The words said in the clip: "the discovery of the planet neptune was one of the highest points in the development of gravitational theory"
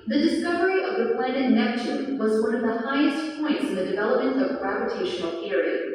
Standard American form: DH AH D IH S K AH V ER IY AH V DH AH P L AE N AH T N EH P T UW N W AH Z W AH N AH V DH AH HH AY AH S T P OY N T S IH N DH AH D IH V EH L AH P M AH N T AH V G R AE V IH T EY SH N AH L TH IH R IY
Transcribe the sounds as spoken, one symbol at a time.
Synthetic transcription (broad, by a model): DH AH D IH S K AH V ER IY AH V DH AH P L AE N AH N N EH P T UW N W AH Z W AH N AH V DH AH HH AY AH S T P OY N T S IH N DH AH D IH V EH L AH P M AH N T AH V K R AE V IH T EY SH N L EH R IY